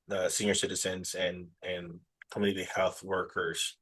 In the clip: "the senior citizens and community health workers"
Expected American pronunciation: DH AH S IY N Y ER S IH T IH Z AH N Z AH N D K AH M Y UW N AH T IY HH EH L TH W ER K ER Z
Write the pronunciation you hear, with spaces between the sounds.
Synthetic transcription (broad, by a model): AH S IY N Y ER S IH T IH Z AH N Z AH N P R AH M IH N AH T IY HH EH L TH W ER K ER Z